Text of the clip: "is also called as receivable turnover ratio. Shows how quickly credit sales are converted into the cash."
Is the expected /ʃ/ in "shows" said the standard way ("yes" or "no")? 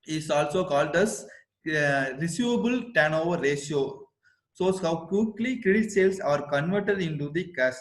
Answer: no